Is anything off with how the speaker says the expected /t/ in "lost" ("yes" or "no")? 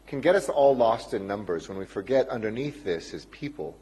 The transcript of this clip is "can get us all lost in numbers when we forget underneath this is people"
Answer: no